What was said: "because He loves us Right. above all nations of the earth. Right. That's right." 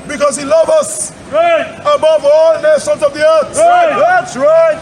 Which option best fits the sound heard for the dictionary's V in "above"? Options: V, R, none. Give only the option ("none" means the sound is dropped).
V